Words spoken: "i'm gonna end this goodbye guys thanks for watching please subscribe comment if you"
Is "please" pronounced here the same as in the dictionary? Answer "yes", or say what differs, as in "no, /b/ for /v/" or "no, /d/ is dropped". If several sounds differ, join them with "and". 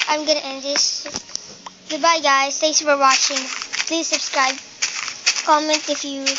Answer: yes